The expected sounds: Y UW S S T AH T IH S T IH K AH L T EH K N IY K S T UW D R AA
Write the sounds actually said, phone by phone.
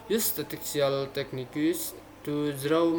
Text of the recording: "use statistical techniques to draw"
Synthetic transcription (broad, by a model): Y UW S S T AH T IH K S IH AH L T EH K N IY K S T UW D R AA